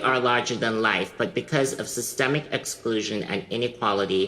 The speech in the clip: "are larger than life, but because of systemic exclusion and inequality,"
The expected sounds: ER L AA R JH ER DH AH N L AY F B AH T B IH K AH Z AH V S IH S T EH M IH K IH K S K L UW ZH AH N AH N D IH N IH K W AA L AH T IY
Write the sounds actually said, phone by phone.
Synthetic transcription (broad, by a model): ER L AA R JH ER DH AH N L AY F B AH T B IH K AH Z AH V S IH S T EH M IH K IH K S K L UW ZH AH N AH N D IH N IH K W AA L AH T IY